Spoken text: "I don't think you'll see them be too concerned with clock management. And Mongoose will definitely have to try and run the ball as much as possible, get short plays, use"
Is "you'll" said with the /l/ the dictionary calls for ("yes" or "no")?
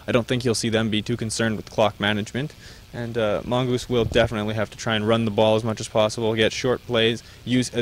yes